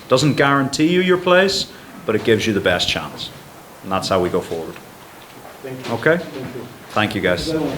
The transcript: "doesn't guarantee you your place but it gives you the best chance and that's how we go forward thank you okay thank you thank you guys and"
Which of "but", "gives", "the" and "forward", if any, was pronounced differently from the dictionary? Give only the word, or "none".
none